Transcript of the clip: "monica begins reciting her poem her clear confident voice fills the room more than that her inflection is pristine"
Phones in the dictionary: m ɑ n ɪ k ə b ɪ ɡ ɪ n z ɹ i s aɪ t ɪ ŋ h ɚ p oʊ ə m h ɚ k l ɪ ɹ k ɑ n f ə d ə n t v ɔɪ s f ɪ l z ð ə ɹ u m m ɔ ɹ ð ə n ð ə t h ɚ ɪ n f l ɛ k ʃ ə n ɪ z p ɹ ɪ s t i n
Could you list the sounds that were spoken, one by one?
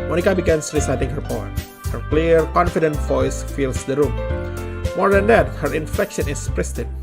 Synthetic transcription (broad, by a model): m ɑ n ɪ k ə b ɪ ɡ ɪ n s ɹ i s aɪ t ɪ ŋ h ɚ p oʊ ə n h ɚ k l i ɹ k ɑ n f ə d ə n t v ɔɪ s f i l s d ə ɹ u m m ɔ ɹ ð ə n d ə t h ɚ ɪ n f ɛ k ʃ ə n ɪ s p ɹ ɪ s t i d